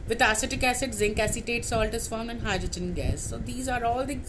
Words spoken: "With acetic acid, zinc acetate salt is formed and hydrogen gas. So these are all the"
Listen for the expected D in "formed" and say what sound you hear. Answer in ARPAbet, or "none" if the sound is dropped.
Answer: none